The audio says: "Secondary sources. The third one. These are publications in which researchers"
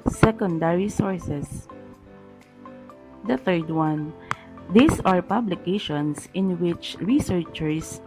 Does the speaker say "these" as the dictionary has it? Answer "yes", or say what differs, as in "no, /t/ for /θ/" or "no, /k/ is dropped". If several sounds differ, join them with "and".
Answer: no, /s/ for /z/